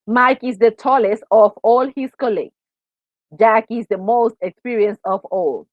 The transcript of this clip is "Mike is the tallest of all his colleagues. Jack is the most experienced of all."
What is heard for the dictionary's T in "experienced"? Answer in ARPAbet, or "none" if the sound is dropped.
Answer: none